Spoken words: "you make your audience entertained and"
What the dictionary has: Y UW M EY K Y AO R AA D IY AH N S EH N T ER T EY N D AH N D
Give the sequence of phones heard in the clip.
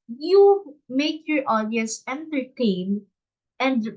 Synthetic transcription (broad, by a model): Y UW M EY K Y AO R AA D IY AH S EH N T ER T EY N AH N D